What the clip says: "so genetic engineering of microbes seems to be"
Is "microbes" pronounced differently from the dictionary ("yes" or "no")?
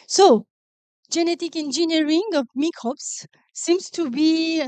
yes